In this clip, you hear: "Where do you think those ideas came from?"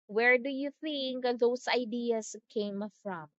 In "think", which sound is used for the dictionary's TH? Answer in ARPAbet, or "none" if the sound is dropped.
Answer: TH